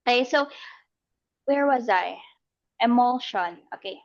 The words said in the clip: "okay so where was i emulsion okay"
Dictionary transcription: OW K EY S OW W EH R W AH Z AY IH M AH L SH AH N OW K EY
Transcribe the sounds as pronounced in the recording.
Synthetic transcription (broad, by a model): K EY S OW W EH R W AH Z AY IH M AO L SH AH N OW K EY